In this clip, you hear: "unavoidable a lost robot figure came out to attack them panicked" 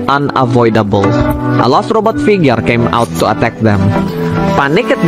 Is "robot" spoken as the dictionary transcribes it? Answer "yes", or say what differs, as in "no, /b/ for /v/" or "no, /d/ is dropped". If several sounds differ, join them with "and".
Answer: yes